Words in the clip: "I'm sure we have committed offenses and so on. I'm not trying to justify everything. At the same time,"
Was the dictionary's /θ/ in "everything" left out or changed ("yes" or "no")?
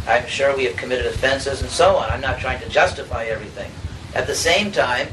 no